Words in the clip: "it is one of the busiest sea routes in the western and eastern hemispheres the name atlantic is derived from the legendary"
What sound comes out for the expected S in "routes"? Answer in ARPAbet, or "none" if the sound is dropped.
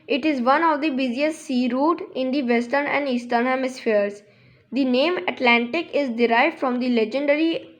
none